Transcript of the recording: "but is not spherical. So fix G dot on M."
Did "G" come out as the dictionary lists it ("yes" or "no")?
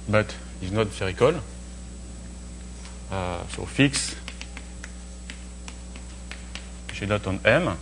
no